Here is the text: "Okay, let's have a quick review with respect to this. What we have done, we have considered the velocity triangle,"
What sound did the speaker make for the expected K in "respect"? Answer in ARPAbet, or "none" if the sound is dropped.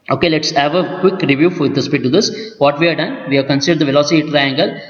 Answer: none